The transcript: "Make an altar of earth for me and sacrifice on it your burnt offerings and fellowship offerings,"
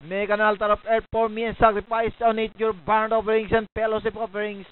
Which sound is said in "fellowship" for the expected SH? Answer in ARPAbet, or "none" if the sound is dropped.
S